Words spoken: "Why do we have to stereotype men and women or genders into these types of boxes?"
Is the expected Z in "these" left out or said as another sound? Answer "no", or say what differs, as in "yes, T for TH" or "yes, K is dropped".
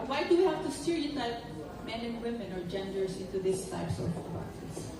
yes, S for Z